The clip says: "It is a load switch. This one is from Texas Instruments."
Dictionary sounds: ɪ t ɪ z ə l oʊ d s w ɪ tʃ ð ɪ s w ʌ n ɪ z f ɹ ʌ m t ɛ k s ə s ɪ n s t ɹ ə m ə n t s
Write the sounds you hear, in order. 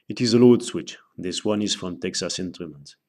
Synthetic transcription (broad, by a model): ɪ t ɪ z ə l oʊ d s w ɪ tʃ ð ɪ s w ʌ n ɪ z f ɹ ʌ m t ɛ k s ə s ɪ n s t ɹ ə m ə n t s